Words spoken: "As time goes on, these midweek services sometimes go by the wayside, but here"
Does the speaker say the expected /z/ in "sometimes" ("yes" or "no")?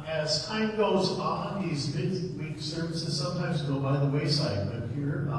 yes